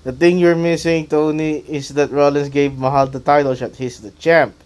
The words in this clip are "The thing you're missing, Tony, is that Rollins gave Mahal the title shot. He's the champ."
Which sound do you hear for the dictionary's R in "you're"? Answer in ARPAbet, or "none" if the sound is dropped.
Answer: R